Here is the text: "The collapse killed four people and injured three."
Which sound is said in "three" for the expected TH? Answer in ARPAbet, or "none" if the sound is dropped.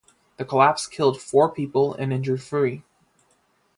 F